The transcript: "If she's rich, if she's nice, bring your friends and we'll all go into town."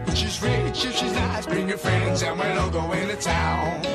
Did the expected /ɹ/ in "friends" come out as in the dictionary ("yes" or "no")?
yes